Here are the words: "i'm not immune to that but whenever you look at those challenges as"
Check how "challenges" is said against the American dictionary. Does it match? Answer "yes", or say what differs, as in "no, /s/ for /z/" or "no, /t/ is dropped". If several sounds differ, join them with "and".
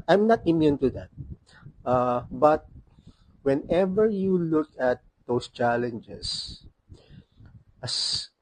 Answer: no, /s/ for /z/